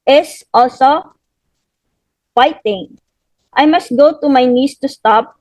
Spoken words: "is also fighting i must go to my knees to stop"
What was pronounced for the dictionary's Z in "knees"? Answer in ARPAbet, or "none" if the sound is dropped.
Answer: S